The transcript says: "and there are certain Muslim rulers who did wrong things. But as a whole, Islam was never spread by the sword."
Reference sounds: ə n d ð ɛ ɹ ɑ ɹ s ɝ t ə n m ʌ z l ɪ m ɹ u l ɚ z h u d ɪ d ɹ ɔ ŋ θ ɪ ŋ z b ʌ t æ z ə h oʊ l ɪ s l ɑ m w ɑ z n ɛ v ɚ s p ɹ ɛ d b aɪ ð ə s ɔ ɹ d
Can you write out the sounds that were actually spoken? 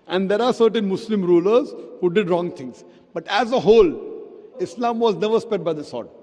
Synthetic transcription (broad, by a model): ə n d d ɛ ɹ ɑ ɹ s ɝ t ə n m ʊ s l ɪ m ɹ u l ɚ z h u d ɪ d ɹ ɔ ŋ t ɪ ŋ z b ʌ t æ z ə h oʊ l ɪ s l ɑ m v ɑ z n ɛ v ɚ s p ɛ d b aɪ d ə s ɔ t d